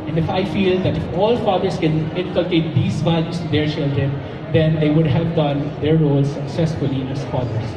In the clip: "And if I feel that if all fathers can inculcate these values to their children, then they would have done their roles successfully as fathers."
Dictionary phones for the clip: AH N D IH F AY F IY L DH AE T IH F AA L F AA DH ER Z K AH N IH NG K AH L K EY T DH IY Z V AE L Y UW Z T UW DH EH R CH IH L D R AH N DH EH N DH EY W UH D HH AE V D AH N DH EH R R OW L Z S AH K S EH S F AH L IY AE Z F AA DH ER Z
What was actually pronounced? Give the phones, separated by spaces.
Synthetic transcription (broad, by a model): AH N D IH F AY F IY L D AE T IH F AA L F AA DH ER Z K AH N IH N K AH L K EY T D IY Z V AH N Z T UW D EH R CH IH L D R AH N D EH N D EY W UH D HH AE V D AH N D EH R R OW L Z S AH K S EH S F AH L IY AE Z F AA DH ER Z